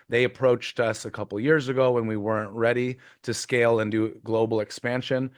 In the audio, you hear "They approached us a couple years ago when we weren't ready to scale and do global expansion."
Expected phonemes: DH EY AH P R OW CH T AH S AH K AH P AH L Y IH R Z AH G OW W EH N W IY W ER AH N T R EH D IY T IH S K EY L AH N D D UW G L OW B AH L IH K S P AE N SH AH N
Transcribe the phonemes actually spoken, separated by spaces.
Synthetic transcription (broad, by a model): DH EY AH P R OW CH T AH S AH K AH P L Y IH R Z AH G OW W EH N W IY W ER AH N T R EH D IY T IH S K EY L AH N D D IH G L OW B L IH K S P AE N SH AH N